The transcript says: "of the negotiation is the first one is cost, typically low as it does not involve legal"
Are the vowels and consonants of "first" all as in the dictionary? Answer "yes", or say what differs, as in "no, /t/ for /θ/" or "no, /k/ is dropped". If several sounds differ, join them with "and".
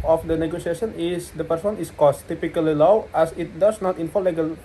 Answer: no, /p/ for /f/